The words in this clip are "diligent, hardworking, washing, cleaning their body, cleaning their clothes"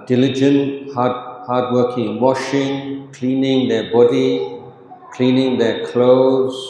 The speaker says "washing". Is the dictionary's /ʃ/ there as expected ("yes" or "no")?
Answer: yes